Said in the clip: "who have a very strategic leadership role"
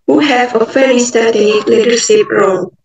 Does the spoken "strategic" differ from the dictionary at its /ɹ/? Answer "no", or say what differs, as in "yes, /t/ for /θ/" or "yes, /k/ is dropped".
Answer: yes, /ɹ/ is dropped